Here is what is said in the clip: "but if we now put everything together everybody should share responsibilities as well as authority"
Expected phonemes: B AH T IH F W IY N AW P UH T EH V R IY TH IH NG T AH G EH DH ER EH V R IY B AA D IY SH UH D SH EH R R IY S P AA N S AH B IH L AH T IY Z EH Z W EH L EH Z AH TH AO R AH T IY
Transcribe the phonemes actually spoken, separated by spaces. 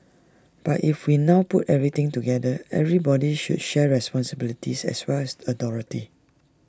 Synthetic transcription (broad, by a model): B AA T IH F W IY N AW P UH T EH V R IY T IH NG T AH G EH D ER EH V R IY B AA D IY SH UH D SH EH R R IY S P AA N S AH B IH L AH T IY S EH S W EH L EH S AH T AO R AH T IY